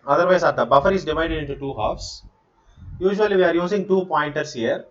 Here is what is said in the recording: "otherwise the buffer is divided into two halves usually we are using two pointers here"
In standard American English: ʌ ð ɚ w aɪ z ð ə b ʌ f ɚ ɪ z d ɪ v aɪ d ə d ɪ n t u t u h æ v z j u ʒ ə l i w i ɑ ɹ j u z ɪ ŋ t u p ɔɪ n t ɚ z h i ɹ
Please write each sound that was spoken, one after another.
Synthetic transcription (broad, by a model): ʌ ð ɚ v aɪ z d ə b ʌ f ɚ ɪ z d ɪ v aɪ d ə d ɪ n t u t u h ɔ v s j u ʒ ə l i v i ɑ ɹ j u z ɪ ŋ t u p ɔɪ n t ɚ s h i ɹ